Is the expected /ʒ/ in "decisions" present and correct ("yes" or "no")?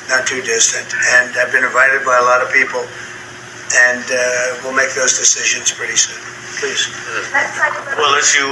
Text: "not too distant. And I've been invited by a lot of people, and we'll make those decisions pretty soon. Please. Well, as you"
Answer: yes